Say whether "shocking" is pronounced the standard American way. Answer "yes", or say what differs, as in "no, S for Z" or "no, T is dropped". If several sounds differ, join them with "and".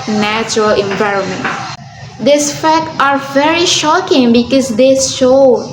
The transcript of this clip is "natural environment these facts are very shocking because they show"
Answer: yes